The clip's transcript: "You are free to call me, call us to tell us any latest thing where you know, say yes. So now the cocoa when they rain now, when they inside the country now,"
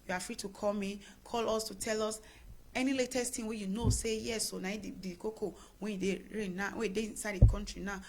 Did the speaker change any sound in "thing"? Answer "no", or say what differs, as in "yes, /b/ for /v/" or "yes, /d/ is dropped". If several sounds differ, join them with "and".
yes, /t/ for /θ/